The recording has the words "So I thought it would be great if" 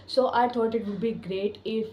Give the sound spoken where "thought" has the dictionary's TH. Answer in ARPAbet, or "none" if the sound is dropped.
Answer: T